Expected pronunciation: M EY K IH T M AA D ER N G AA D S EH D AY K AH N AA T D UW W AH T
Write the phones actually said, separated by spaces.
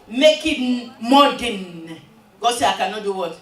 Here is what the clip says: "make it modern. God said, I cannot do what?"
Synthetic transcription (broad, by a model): M EY K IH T M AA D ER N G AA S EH AY K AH N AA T D UW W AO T